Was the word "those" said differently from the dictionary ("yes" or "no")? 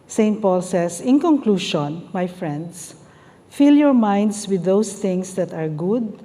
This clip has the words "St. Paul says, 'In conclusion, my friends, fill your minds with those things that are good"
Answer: yes